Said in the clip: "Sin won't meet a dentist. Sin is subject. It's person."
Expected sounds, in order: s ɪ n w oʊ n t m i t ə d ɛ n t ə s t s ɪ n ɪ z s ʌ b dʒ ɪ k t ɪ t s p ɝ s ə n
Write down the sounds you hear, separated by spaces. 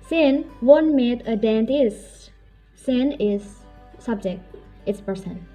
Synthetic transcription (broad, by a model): s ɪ n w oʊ n m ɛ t ə d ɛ n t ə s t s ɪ n ɪ z s ʌ b dʒ ɪ k t ɪ t s p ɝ s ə n